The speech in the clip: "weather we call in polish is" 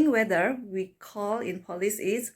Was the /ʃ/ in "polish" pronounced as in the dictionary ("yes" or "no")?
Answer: no